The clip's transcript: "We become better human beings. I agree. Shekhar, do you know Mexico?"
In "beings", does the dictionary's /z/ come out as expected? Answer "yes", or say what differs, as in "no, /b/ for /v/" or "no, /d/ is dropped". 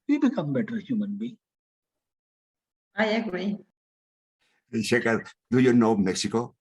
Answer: no, /z/ is dropped